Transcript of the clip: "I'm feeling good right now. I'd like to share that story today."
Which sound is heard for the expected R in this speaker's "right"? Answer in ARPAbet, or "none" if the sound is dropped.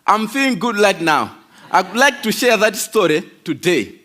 L